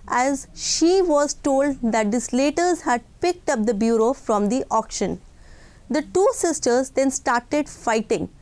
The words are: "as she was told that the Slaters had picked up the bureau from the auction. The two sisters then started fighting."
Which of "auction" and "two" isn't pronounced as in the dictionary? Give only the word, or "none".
none